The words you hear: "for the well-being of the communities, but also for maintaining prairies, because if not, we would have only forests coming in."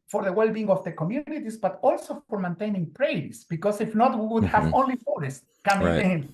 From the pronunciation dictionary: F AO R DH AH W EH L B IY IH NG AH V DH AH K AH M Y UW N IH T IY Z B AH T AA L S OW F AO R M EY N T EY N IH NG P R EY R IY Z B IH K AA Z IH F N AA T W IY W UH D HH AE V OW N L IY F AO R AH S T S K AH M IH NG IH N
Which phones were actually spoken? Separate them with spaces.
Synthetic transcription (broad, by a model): F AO R DH AH W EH L B IY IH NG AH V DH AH K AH M Y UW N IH T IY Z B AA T AA L S OW F AO R M EY N T EY N IH NG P R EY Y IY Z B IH K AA S IH F N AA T W IY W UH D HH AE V OW N L IY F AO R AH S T K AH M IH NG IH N